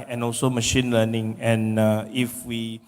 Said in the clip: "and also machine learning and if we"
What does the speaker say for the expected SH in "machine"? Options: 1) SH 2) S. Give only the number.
1